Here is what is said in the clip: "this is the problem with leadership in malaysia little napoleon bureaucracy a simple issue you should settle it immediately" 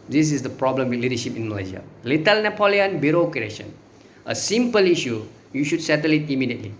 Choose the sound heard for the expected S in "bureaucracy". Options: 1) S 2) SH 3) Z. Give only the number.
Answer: 2